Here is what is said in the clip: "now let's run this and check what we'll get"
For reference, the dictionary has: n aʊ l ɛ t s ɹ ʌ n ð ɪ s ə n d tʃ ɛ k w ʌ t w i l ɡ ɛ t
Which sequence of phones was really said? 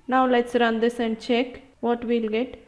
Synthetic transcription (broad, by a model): n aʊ l ɛ t s ɹ ʌ n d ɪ s ə n d tʃ ɛ k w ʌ t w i l ɡ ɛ t